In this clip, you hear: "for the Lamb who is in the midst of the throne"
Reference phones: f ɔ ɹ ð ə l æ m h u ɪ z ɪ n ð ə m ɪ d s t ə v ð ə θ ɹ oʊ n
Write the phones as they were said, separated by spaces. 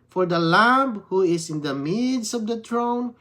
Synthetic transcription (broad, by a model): f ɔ ɹ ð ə l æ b h u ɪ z ɪ n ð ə m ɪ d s ə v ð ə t ɹ oʊ n